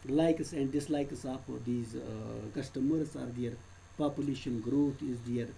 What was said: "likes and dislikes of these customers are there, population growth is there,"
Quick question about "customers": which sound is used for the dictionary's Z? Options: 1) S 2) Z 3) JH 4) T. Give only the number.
1